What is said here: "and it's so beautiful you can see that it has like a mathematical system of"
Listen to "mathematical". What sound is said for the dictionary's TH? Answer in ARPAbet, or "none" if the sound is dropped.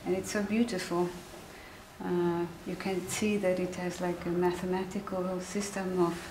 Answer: TH